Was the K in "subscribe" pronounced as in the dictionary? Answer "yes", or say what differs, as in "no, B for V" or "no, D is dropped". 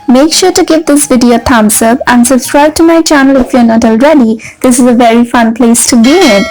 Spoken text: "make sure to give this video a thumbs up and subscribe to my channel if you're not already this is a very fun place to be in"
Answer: no, K is dropped